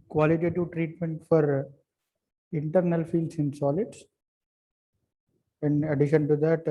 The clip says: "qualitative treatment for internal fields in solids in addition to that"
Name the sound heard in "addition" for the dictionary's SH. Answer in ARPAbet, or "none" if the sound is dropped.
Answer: SH